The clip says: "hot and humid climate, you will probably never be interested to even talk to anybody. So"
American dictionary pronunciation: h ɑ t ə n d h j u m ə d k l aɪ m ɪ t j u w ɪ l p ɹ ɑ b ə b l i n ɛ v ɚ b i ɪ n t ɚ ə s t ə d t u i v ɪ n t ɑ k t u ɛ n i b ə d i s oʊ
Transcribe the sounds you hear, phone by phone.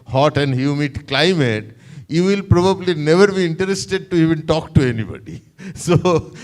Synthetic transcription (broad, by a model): h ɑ t ə n d h j u m ə d k l aɪ m ɪ t j u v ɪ l p ɹ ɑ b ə b l i n ɛ v ɚ b i ɪ n t ɚ ə s t ə d t u i v ɪ n t ɑ k t u ɛ n i b ə d i s oʊ